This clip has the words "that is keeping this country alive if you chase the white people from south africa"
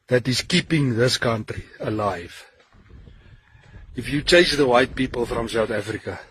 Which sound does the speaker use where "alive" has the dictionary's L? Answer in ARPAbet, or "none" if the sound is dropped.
L